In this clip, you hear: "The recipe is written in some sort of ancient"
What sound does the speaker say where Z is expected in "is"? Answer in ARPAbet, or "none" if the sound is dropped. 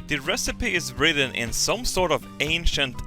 Z